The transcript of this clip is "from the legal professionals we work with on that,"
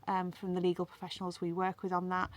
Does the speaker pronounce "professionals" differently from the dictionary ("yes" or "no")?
no